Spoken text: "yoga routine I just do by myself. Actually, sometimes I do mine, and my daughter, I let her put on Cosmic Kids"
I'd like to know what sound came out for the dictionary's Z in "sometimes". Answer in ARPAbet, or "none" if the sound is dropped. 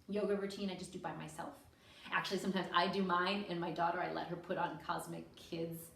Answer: Z